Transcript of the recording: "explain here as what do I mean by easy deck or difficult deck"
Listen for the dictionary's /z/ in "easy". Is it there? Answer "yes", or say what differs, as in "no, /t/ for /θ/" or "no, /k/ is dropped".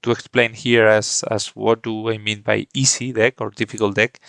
no, /s/ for /z/